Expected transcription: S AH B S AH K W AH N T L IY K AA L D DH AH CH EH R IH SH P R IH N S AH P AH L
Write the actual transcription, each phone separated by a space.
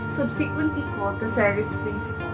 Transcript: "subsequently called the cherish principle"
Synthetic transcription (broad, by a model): S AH B S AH K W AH N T L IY K AA L D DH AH S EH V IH S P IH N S